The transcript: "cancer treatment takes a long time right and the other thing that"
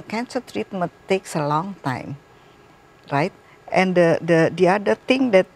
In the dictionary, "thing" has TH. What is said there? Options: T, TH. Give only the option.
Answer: T